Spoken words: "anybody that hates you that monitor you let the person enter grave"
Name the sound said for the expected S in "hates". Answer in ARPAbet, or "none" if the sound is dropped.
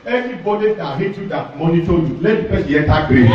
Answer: none